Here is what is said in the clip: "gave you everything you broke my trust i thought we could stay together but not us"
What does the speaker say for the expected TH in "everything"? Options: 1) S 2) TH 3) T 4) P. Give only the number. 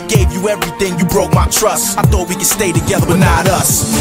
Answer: 2